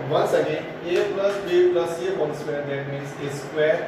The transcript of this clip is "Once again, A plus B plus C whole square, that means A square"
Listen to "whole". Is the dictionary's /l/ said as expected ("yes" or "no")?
no